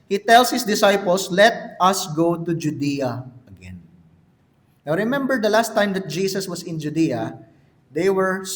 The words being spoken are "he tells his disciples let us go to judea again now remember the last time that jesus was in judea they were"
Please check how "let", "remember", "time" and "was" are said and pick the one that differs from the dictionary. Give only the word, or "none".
was